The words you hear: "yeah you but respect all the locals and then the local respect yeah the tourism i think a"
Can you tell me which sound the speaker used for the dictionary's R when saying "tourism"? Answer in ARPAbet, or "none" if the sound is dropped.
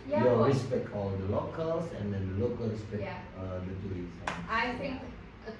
none